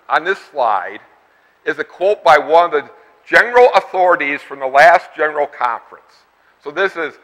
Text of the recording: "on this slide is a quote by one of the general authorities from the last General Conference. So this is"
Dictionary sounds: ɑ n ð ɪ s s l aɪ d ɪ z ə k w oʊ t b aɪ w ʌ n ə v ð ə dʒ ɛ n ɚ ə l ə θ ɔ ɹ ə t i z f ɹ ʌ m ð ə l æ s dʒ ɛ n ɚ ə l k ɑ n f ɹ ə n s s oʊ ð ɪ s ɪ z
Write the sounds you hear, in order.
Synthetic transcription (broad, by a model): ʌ n ð ɪ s s l aɪ d ɪ z ə k w oʊ t b aɪ w ʌ n ə v ð ə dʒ ɛ n ɚ l ə θ ɔ ɹ ə t i z f ɹ ʌ m ð ə l æ s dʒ ɛ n ɚ l k ɑ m f ɹ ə n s s oʊ ð ɪ s ɪ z